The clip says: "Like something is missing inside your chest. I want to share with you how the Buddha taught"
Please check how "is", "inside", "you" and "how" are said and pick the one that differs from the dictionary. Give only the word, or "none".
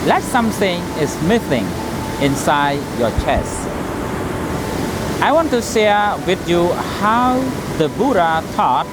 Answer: is